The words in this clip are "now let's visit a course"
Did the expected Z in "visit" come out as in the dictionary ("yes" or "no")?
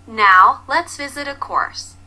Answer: yes